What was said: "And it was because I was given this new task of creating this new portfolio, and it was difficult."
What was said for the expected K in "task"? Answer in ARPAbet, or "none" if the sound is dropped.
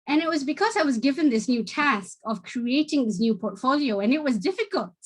K